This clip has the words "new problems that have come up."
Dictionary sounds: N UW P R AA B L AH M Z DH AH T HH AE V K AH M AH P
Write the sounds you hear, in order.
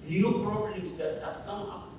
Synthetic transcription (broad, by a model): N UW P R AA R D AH Z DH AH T HH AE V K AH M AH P